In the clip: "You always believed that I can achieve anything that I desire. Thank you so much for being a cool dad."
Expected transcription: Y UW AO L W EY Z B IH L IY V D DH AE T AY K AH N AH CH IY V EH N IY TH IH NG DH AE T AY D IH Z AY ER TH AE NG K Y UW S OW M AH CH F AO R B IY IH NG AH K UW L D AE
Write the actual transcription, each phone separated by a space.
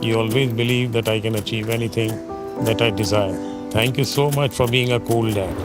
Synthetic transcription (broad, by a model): Y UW AO L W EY Z B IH L IY V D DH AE T AY K AH N AH CH IY V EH N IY T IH NG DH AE T AY D IH Z AY ER T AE NG K Y UW S OW M AH CH F AO R B IY IH NG AH K UW L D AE